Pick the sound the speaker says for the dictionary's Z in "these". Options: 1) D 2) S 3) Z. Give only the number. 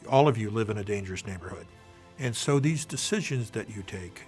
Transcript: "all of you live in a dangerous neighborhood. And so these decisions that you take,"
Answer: 3